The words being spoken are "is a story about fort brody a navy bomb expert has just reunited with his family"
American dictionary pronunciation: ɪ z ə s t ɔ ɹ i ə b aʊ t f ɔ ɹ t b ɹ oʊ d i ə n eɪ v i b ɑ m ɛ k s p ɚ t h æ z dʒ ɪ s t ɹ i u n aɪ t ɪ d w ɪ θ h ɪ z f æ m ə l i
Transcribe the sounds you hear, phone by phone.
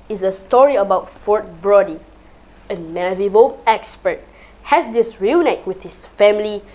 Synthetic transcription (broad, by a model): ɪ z ə s t ɔ ɹ i ə b aʊ t f ɔ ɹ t b ɹ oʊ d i ə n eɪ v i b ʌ ɛ k s p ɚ t h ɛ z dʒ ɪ s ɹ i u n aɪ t w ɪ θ h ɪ s f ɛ m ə l i